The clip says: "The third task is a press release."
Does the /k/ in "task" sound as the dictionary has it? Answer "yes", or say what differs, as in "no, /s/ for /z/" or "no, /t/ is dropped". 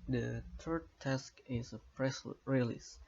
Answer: yes